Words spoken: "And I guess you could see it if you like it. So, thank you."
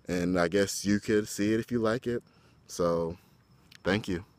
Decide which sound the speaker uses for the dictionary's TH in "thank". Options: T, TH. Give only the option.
TH